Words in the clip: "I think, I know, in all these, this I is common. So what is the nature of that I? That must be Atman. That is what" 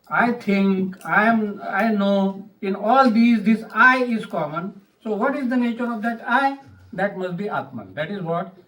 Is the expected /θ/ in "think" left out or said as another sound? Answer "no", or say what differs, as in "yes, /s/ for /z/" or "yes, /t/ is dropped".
yes, /t/ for /θ/